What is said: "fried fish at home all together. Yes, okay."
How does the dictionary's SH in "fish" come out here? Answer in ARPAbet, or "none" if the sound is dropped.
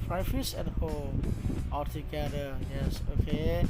S